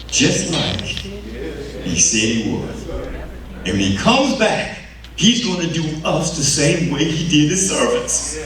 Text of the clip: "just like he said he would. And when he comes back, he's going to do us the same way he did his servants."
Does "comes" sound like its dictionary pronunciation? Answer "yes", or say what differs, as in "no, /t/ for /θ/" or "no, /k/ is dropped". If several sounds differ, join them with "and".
yes